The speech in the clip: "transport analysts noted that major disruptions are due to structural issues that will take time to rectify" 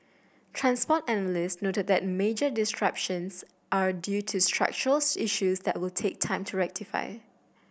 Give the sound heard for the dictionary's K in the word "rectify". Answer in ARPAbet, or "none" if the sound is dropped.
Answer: K